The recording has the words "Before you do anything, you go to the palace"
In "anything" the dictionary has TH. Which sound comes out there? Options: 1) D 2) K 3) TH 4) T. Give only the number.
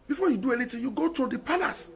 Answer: 4